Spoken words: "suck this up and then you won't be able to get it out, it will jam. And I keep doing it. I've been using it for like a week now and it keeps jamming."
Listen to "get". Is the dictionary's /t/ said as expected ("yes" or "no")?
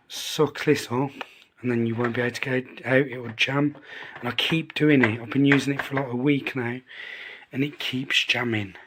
no